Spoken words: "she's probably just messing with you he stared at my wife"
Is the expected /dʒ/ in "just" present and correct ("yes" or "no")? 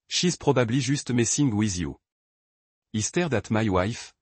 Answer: no